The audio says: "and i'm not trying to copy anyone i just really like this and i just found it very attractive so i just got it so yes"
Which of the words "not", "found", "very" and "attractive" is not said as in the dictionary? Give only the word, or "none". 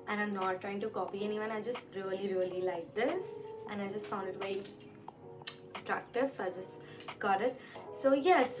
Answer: very